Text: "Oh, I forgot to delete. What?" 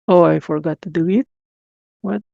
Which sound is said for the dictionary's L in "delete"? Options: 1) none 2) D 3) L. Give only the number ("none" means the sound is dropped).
1